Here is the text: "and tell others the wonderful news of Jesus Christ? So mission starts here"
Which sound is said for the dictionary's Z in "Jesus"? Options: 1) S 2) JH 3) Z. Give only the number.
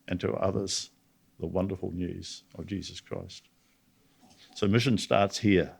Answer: 3